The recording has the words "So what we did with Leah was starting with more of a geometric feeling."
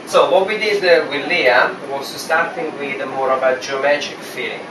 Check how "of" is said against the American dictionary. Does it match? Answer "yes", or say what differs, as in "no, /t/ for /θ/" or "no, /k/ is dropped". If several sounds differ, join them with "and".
no, /b/ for /v/